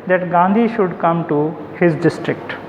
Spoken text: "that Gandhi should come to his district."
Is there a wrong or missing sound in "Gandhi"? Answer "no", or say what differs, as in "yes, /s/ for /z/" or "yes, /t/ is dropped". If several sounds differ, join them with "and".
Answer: no